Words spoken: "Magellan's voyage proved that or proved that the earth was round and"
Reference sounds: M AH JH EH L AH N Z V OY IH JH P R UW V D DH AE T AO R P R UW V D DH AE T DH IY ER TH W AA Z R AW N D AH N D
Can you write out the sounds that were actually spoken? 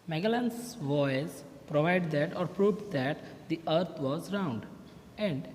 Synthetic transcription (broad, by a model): M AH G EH L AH N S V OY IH Z P R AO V D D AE T AO R P R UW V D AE T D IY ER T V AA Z R AW N D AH N D